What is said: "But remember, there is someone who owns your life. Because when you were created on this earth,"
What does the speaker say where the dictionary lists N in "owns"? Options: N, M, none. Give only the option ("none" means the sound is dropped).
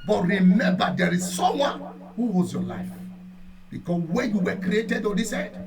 none